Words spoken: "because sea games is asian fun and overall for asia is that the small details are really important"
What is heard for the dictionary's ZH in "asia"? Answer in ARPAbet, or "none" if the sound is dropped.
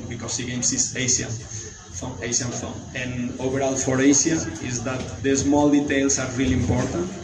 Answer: SH